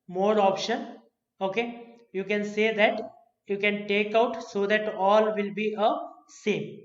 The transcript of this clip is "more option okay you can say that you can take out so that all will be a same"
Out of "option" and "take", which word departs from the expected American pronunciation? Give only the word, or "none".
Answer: none